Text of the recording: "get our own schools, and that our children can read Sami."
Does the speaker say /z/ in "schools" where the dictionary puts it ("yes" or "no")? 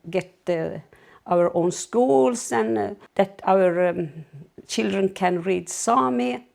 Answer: no